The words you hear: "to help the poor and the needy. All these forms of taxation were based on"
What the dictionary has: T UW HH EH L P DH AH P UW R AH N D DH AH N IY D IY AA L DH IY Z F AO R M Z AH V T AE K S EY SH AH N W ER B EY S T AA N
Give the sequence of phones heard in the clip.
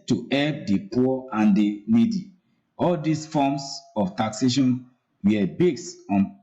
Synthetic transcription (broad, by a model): T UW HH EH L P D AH P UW AH N D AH N IY D IY AA L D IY S F AO M S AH F T AE K S EY SH AH N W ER B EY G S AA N